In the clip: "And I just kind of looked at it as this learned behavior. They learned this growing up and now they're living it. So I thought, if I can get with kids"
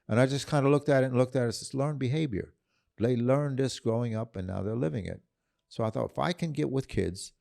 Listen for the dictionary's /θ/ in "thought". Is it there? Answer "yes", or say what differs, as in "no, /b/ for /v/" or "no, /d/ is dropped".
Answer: yes